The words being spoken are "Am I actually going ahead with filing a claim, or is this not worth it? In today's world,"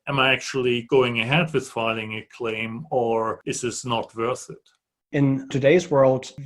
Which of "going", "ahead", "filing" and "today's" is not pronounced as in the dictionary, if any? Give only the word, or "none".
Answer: none